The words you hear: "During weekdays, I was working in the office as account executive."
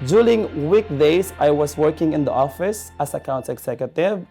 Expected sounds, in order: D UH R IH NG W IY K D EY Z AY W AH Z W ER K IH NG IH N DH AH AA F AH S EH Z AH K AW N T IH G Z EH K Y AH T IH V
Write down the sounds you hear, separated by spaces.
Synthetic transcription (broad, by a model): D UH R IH NG W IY K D EY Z AY W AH S W ER K IH NG IH N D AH AA F AH S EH S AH K AW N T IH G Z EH K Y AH T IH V